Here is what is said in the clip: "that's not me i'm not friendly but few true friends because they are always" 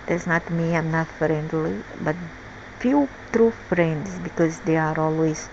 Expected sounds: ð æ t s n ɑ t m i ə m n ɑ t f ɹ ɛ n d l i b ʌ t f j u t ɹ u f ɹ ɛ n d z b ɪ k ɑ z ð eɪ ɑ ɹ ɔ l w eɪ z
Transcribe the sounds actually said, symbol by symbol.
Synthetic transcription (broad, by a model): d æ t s n ɑ t m i ə m n ɑ t f ɹ ɛ n d l i b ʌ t f j u t ɹ u f ɹ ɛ n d s b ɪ k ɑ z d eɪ ɑ ɹ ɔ l w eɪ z